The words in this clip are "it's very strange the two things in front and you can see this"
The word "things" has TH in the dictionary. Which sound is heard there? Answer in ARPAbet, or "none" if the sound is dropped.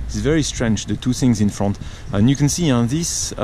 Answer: TH